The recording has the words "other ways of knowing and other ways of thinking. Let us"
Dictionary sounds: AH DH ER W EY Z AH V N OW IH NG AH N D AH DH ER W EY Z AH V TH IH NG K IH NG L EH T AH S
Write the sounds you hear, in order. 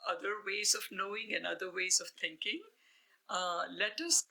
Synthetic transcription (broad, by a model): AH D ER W EY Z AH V N OW IH NG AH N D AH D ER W EY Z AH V T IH NG K IH NG L EH T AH S